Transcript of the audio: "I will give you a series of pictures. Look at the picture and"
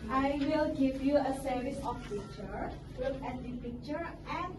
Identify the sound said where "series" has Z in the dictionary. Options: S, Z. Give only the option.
S